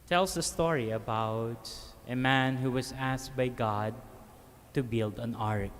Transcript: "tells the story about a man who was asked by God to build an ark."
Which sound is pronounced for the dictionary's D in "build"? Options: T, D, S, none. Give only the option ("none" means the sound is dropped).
D